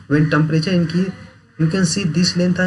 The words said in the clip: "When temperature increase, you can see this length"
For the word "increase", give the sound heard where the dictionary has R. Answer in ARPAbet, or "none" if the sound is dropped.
none